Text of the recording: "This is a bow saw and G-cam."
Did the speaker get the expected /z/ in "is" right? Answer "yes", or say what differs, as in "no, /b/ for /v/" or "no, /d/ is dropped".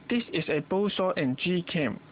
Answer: no, /s/ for /z/